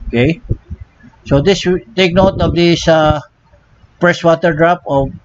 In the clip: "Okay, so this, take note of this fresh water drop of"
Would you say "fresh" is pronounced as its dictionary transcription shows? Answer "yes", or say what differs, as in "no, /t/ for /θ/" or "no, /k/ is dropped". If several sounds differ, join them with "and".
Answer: no, /p/ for /f/ and /s/ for /ʃ/